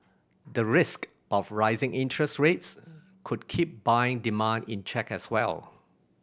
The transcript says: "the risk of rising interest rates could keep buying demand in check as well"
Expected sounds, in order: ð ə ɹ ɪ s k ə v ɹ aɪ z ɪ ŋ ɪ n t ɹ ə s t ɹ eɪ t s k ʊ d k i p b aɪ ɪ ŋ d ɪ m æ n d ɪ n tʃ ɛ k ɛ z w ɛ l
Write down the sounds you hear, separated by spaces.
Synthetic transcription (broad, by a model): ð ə ɹ ɪ s k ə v ɹ aɪ z ɪ ŋ ɪ n t ɹ ə s t ɹ eɪ t s k ʊ d k i p b aɪ ɪ ŋ d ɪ m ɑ n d ɪ n tʃ ɛ k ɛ s w ɛ l